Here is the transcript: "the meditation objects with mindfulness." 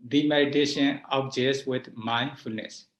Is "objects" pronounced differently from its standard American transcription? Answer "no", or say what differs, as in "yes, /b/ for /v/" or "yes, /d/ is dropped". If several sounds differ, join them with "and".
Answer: yes, /s/ is dropped